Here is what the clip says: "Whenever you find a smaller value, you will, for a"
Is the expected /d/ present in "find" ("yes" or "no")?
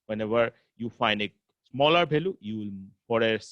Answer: yes